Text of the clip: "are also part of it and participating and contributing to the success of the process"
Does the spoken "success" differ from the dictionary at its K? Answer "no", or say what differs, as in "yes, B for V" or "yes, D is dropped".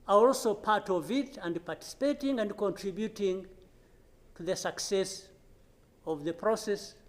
no